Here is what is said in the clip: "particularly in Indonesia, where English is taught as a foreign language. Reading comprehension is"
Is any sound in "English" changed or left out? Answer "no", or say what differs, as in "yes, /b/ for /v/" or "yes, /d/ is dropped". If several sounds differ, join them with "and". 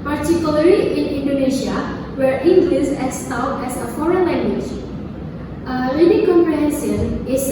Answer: yes, /s/ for /ʃ/